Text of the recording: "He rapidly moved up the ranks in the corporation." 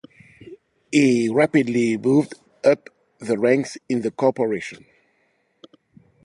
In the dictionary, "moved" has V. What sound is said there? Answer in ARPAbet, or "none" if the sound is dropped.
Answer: V